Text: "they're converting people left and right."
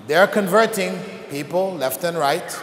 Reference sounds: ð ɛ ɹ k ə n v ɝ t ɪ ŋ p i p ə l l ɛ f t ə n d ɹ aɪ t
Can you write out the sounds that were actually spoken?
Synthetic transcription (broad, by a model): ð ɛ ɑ k ə n v ɝ t ɪ ŋ p i p ə l l ɛ f t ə n ɹ aɪ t